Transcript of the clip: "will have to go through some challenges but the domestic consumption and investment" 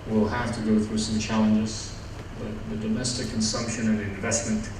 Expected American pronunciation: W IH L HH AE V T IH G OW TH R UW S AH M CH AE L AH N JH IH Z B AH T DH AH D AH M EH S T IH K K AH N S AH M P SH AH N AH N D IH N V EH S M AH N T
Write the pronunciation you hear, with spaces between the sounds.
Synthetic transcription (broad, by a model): W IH L HH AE F T IH G OW TH R UW S AH M CH AE L AH N JH IH Z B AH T DH AH D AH M EH S T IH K K AH N S AH M P SH AH N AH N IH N V EH S M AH N T